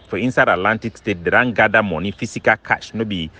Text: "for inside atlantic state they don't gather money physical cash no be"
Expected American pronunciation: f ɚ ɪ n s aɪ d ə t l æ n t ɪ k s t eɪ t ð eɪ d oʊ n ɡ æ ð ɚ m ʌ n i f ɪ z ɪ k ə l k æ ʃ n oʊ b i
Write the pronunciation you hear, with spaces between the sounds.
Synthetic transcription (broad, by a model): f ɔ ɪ n s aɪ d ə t l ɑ n t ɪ k s t eɪ t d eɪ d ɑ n ɡ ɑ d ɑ m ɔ n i f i s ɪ k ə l k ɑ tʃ n oʊ b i